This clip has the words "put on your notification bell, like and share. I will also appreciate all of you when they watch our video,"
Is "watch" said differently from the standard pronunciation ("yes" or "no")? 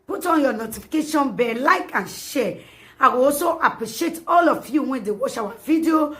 yes